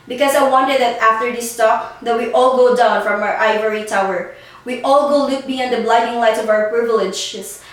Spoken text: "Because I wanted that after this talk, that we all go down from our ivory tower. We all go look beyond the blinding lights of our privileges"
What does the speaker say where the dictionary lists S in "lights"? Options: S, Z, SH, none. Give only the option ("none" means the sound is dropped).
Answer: none